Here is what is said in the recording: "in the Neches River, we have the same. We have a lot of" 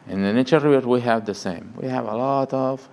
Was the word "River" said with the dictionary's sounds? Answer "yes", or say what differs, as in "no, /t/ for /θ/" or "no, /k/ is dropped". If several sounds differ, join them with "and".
no, /v/ is dropped